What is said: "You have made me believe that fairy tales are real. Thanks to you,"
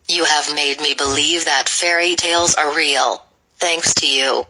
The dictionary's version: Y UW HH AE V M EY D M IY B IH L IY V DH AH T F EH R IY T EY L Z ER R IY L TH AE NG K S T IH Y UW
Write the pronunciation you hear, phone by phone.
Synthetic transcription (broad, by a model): Y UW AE V M EY D M IY B IH L IY V DH AH T F EH R IY T EY L Z ER R IY L TH AE NG K S T IH Y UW